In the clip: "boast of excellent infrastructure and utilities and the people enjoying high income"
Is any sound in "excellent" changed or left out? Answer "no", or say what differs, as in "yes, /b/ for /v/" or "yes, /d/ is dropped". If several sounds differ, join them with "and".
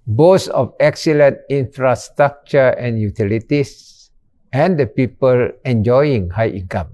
no